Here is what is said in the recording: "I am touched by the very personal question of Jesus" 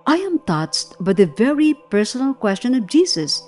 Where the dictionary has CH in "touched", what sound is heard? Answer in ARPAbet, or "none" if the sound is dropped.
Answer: S